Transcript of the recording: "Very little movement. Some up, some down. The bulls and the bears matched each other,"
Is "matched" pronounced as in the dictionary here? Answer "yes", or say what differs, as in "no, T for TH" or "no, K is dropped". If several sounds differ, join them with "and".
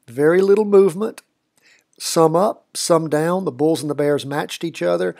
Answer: yes